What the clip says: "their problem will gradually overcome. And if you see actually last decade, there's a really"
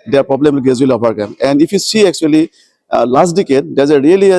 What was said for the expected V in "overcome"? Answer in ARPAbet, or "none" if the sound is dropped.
P